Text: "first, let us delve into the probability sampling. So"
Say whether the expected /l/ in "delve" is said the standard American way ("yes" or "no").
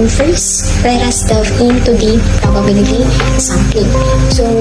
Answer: no